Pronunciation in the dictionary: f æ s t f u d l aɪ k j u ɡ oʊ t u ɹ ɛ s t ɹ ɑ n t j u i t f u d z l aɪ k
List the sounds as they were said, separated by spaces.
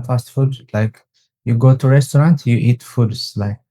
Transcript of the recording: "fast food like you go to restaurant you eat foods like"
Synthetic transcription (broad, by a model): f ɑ s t f u d l aɪ k j u ɡ oʊ t u ɹ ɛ s t ɹ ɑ n t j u i t f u d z l aɪ k